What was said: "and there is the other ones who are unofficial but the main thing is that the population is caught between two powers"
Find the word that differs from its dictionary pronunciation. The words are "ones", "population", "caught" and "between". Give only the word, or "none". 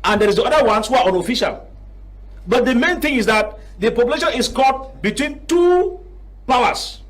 ones